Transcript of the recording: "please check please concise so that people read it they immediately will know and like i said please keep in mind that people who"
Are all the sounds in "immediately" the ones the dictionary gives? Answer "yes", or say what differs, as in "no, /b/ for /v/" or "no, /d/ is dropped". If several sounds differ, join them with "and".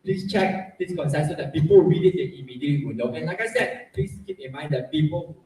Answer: no, /l/ is dropped